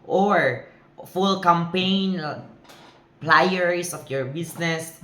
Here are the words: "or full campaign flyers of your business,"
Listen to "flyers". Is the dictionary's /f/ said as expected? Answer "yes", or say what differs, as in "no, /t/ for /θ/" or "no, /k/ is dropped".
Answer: no, /p/ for /f/